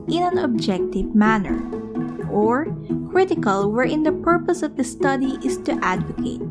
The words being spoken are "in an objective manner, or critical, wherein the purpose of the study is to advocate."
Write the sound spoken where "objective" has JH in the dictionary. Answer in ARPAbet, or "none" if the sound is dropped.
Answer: JH